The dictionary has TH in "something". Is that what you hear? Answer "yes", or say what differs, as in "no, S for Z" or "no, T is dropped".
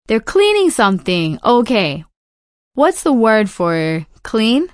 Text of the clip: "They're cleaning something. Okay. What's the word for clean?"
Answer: yes